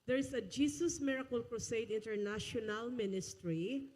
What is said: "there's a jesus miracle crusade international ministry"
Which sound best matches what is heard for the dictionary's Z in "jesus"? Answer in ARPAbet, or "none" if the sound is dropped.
S